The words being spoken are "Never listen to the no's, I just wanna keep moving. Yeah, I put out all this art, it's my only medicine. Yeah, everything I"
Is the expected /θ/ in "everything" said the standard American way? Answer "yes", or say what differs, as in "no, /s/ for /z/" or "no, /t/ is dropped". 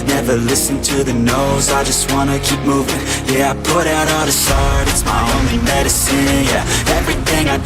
yes